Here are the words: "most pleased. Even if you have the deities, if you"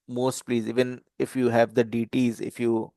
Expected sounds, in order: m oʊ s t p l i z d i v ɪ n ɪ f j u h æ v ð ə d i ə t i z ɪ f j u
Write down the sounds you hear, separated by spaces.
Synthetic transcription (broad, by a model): m oʊ s t p l i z i v ɪ n ɪ f j u h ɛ v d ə d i t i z ɪ f j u